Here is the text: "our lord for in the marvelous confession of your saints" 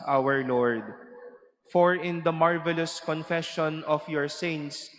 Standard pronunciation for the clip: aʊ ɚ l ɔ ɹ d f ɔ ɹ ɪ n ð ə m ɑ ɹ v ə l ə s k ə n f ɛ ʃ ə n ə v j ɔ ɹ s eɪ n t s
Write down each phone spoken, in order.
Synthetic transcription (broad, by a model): aʊ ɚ l ɔ ɹ d f ɔ ɹ ɪ n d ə m ɑ ɹ v ə l ə s k ə n f ɛ ʃ ə n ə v j ɔ ɹ s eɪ n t s